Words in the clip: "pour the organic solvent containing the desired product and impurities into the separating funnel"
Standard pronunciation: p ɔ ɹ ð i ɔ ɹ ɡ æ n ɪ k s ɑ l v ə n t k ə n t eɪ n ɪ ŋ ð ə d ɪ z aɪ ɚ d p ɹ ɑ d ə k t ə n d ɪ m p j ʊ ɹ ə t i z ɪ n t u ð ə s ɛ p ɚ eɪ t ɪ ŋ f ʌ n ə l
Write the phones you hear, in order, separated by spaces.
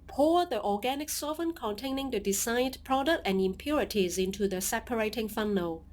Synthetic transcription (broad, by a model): p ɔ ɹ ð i ɔ ɡ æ n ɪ k s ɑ v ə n k ə n t eɪ n ɪ ŋ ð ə d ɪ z aɪ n p ɹ ɑ d ə k t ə n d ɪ m p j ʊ ɹ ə t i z ɪ n t u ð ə s ɛ p ɚ eɪ t ɪ ŋ f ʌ n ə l